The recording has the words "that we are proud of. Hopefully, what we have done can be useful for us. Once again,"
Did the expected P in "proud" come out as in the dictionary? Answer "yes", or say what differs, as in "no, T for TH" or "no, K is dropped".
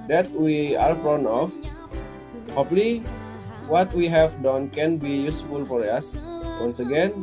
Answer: no, F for P